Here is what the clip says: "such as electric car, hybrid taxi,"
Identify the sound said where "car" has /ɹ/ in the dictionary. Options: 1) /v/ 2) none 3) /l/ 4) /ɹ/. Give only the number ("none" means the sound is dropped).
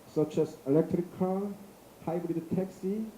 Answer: 3